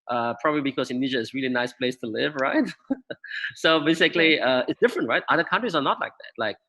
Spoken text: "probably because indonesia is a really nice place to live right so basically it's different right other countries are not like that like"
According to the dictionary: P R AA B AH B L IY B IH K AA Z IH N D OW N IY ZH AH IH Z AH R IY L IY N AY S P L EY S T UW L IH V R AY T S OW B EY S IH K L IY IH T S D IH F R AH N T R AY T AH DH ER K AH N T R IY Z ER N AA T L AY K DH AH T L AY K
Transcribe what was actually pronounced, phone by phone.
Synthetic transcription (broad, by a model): P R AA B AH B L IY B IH K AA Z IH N N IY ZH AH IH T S R IY L IY N AY S P L EY S T UW L IH V R AY T S OW B EY S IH K L IY IH T S D IH F R AH N T R AY T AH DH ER K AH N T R IY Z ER N AA T L AY K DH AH T L AY K